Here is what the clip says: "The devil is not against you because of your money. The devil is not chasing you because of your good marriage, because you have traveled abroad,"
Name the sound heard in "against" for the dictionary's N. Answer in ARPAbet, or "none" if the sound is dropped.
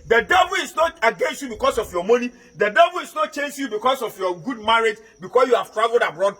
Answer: N